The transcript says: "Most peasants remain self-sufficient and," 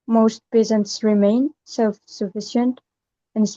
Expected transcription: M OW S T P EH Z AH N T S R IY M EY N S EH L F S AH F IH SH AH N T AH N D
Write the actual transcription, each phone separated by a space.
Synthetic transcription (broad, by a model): M OW S T P EH Z AH N T S R IY M EY N S EH L F S AH F IH SH AH N T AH N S